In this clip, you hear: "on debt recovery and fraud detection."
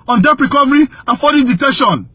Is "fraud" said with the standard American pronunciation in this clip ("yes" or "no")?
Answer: no